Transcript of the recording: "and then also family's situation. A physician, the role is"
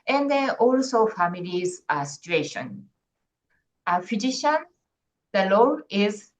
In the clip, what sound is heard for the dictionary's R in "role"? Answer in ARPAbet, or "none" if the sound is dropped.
L